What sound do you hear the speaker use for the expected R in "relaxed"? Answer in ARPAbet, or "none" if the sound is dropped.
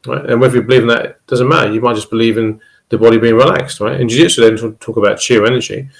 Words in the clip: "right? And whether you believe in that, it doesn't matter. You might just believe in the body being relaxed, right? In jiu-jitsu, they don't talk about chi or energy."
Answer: R